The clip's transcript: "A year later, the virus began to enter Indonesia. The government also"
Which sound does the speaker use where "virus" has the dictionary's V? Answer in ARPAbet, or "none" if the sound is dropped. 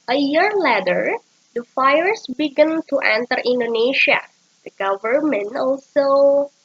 F